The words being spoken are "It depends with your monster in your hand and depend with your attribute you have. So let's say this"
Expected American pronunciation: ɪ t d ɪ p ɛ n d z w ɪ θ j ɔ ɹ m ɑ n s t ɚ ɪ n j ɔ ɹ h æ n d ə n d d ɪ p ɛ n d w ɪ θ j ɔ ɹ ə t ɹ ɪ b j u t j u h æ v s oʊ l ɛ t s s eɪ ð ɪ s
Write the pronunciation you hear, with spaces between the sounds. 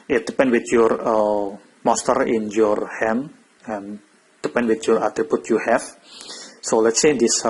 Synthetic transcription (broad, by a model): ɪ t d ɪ p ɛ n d w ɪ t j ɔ ɹ m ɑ s t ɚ ɪ n j ɔ ɹ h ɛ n ə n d d ɪ p ɛ n d w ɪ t j ɔ ɹ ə t ɹ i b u t j u h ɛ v s oʊ l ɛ t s s eɪ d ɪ s